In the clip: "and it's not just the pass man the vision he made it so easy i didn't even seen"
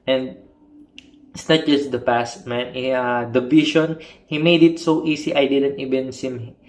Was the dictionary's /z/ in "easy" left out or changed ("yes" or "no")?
yes